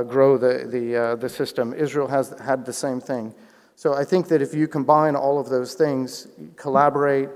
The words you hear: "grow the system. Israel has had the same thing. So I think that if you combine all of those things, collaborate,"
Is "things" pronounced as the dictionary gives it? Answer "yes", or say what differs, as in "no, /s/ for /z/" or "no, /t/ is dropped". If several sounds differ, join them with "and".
yes